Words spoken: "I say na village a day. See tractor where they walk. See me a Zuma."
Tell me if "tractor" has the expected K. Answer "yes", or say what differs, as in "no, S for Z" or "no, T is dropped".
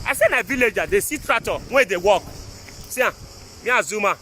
no, K is dropped